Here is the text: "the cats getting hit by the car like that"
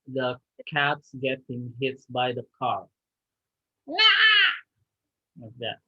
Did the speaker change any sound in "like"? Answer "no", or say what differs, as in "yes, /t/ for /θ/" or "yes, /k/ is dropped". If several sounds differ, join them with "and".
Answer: yes, /w/ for /l/